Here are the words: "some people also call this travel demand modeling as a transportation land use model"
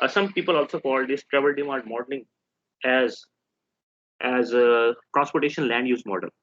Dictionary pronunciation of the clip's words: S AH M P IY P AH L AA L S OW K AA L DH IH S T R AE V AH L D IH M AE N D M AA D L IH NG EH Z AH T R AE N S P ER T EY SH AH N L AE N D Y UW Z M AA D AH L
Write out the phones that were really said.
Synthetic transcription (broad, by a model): S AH M P IY P AH L AA L S OW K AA L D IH S T R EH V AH L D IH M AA D M AA D L IH NG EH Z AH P R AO N S P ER T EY SH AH N L AE N D Y UW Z M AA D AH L